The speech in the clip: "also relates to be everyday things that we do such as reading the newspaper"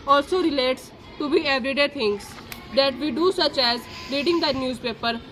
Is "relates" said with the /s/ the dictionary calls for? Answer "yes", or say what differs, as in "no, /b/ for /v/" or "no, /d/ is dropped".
yes